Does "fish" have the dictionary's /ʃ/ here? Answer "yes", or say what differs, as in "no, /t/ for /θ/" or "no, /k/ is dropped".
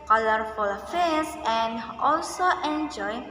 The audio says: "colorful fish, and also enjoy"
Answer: no, /s/ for /ʃ/